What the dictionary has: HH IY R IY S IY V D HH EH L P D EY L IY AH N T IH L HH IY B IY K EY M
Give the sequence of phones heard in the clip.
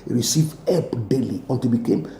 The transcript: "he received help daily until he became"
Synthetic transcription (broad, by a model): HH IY R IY S IY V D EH P D EY L IY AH N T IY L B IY K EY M